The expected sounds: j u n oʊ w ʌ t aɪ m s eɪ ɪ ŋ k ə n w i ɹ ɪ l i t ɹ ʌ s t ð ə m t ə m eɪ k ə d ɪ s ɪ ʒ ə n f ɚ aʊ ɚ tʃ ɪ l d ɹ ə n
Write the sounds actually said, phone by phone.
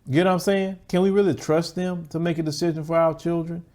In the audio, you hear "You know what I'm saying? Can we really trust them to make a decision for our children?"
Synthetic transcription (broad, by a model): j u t aɪ m s eɪ ɪ ŋ k ə n w i ɹ ɪ l i t ɹ ʌ s t ð ə m t ə m eɪ k ə d ɪ s ɪ ʒ ə n f ɚ aʊ ɚ tʃ ɪ l d ɹ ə n